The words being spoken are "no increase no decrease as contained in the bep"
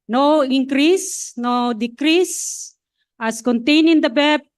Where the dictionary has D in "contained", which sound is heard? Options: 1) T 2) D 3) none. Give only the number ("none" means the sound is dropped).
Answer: 3